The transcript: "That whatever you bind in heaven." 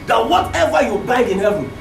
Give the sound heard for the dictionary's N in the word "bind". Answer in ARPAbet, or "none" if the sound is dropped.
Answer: none